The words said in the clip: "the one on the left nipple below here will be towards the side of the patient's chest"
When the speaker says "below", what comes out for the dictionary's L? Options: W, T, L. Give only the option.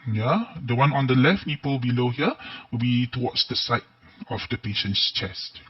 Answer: L